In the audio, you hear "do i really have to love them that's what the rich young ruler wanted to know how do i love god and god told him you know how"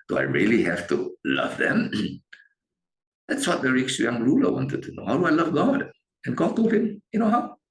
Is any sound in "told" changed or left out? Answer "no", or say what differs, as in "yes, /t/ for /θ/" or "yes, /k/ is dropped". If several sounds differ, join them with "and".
yes, /d/ is dropped